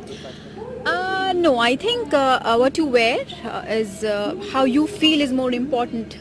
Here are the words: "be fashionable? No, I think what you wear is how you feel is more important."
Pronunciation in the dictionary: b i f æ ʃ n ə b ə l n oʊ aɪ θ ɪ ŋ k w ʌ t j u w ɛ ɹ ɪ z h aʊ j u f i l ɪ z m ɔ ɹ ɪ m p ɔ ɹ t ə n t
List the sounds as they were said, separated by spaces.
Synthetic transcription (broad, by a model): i n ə ə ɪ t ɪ ŋ k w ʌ t j u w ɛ ɹ ɪ z h aʊ j u f i l ɪ z m ɔ ɹ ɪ m p ɔ ɹ t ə n t